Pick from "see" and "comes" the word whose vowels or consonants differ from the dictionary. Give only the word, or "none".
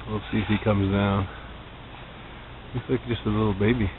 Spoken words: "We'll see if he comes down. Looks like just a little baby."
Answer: none